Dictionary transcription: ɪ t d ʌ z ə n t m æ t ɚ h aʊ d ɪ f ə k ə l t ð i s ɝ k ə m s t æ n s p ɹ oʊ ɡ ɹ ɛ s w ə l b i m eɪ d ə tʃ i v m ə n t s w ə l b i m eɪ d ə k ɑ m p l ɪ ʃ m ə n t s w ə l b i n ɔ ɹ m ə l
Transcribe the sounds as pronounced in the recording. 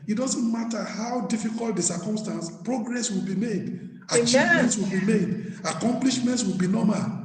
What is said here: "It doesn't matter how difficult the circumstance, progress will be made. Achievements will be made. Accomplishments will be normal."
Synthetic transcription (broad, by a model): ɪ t d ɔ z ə n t m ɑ t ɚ h aʊ d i f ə k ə l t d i s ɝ k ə m s t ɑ n s p ɹ oʊ ɡ ɹ ɛ s w ə l b i m eɪ d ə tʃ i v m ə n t s w ə l b i m eɪ d ə k ɑ m p l ɪ ʃ m ə n t s w ə l b i n ɔ m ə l